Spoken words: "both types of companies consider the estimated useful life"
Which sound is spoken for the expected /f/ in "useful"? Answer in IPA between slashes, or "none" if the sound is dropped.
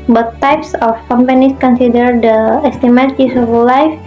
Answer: none